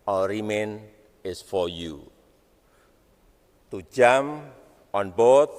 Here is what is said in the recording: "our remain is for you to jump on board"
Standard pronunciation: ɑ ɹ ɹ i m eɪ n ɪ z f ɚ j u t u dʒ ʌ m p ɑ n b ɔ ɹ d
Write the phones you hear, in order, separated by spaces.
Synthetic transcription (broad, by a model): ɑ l ɹ i m eɪ n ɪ s f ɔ j u t u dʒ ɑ m ɑ n b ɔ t